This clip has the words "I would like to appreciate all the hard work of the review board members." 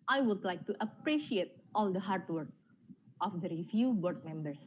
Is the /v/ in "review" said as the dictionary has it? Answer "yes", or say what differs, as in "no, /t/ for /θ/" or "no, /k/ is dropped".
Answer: no, /f/ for /v/